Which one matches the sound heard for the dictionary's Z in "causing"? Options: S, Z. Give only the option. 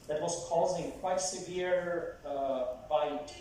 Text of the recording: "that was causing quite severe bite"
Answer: Z